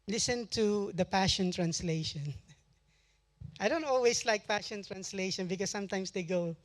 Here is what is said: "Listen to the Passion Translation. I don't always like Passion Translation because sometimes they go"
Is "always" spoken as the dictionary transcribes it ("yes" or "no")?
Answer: no